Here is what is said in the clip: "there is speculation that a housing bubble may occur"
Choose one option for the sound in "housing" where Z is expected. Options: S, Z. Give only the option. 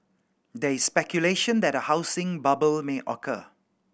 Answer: S